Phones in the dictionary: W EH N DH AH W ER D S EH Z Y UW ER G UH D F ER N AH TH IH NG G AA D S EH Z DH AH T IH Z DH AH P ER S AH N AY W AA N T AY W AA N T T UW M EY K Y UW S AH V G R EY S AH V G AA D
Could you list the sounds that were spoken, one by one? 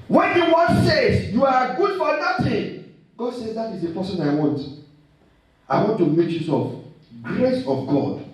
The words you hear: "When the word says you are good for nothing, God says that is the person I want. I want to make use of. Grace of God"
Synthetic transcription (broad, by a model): W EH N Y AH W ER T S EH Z Y UW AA G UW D F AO N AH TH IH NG G AA D S EH Z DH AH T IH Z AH P ER S AH N AY W AA N T AY W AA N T T UW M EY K Y UW S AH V G R EY S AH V G AA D